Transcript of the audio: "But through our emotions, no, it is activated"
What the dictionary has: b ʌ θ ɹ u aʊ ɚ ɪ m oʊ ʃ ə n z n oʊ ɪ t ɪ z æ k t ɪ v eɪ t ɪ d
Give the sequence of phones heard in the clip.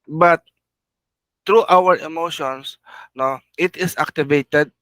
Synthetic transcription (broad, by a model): b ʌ t ɹ u aʊ ɚ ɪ m oʊ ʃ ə n s n oʊ ɪ t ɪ s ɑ k t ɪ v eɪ t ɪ d